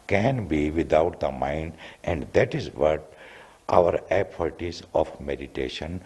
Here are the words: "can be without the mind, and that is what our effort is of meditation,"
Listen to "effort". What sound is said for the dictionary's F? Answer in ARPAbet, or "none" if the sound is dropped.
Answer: P